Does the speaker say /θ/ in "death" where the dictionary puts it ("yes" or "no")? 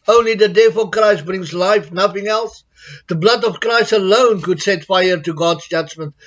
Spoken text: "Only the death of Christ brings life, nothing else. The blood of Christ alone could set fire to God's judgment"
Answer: no